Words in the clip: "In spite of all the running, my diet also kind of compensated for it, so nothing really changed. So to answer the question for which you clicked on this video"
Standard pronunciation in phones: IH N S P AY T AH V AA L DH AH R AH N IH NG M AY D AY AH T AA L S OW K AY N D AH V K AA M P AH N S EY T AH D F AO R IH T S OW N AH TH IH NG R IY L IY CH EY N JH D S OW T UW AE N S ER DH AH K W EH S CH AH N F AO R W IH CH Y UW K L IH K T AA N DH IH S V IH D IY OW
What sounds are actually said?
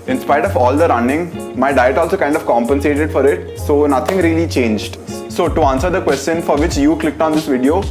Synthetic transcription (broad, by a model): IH N S P AY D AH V AA L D AH R AH N IH NG M AY D AY AH T AA L S OW K AY N D AH V K AA M P AH N S EY T AH D F AO R IH T S OW N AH T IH NG R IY L IY CH EY N JH D S OW T UW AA N S ER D AH K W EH S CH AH N F AO R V IH CH Y UW K L IH K T AA N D IH S V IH D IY OW